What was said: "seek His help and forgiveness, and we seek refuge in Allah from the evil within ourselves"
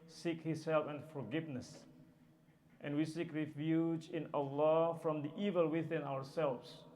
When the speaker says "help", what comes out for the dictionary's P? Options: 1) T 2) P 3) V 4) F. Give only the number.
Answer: 4